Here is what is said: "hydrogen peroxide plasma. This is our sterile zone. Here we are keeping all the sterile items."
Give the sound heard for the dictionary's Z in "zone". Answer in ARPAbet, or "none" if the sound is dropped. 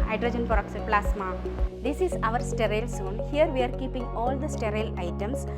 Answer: S